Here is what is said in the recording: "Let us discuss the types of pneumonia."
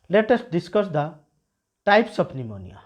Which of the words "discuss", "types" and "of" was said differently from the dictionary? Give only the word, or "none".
of